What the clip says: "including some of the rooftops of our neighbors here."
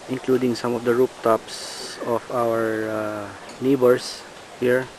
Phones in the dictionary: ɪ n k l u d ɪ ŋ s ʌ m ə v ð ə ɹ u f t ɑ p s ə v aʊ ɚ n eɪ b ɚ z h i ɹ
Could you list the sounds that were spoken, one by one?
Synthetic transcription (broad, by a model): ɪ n k l u d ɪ ŋ s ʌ m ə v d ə ɹ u p t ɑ p s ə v aʊ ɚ n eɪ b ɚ s h i ɹ